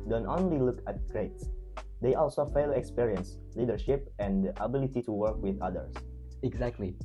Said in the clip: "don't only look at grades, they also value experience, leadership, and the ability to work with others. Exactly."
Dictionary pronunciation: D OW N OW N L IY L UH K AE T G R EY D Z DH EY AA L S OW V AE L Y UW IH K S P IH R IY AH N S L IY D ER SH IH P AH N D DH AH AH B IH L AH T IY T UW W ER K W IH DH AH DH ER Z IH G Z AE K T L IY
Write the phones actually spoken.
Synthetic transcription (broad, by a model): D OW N OW N L IY L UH K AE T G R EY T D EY AA L S OW F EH L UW K S P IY R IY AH N S L IY D ER SH IH P AH N D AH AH B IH L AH T IY T UW W ER K W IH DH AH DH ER S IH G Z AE K T L IY